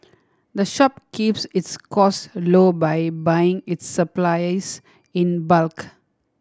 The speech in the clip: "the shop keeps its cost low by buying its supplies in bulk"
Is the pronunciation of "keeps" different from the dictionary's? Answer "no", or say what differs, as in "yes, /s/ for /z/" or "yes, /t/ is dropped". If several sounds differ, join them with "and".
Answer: no